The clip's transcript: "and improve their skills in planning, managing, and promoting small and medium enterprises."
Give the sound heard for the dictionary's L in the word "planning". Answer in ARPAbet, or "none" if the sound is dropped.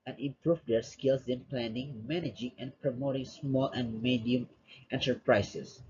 L